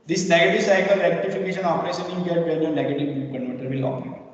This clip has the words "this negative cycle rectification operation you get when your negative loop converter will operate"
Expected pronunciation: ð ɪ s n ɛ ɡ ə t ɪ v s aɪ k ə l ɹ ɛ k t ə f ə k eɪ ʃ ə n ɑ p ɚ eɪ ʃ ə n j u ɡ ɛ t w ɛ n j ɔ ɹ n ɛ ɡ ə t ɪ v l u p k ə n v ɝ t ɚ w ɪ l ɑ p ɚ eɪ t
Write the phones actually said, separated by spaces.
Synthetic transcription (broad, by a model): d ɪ s n ɛ ɡ ə t ɪ v s aɪ k ə l ɹ ɛ k t ə f ə k eɪ ʃ ə n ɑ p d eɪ s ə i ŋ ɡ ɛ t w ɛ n j ɔ ɹ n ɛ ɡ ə t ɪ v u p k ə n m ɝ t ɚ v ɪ l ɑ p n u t